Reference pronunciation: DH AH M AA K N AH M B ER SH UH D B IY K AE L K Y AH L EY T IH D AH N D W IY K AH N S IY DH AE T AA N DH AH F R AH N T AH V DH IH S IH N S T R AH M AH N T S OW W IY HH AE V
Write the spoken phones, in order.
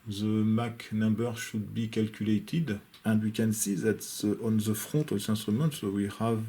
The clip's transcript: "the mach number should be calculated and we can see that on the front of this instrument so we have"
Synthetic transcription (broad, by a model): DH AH M AA K N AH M B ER SH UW D B IY K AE L K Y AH L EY T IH D AH N D W IY K AH N S IY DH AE T AA N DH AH F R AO T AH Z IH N S T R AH M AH N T S OW W IY HH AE V